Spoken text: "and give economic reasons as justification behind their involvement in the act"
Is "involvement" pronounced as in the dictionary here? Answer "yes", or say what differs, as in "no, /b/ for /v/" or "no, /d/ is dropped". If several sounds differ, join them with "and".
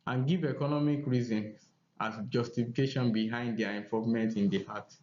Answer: no, /l/ is dropped